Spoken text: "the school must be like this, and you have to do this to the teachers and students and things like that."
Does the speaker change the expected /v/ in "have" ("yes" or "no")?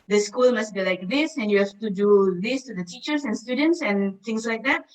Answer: yes